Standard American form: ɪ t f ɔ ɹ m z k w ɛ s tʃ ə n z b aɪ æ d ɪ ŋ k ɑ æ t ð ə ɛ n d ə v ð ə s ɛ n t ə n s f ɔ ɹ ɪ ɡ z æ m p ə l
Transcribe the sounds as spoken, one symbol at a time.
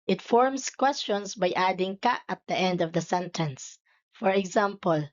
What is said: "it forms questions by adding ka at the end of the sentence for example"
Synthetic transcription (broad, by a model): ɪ t f ɔ ɹ m s k w ɛ s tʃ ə n s b aɪ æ d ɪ ŋ k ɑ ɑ t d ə ɛ n d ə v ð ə s ɛ n t ə n s f ɔ ɹ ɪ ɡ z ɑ m p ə l